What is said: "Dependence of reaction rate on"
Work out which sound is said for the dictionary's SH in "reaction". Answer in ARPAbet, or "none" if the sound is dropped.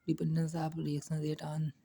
S